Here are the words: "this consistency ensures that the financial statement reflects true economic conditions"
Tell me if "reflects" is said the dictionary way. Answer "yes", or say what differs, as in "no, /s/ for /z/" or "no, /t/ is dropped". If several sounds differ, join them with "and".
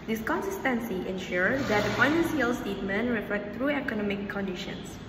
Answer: no, /s/ is dropped